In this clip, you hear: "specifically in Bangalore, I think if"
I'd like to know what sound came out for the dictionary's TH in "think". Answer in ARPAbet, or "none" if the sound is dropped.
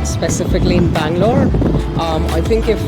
TH